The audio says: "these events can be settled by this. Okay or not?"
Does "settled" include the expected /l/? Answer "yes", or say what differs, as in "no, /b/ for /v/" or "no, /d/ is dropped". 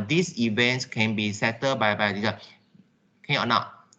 no, /l/ is dropped